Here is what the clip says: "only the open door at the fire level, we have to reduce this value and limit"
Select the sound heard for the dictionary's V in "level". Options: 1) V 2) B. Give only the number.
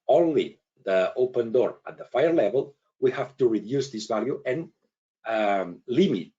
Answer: 1